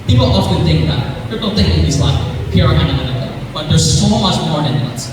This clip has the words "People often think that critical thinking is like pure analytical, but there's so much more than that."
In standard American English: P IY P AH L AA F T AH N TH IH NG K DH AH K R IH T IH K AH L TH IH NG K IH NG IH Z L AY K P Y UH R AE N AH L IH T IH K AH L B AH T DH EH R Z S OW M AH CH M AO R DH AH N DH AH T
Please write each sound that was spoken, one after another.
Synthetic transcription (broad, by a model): P IY P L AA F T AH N TH IH NG K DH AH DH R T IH AH N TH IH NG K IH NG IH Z L AY K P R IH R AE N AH N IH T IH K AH B AH T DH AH R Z S OW M AH CH M AO R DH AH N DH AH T